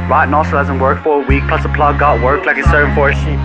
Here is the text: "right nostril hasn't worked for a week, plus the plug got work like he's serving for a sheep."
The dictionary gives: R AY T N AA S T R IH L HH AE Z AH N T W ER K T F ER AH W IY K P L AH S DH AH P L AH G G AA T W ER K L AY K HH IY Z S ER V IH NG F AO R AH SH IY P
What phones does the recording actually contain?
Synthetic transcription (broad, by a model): R AY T N AA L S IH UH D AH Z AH N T W ER K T F ER AH W IY K P L AH S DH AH P L AH G G AA T W ER K L AY K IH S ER IH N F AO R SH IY